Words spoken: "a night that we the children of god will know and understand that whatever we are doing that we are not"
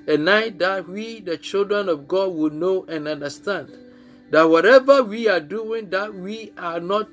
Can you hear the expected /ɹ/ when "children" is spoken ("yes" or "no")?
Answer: yes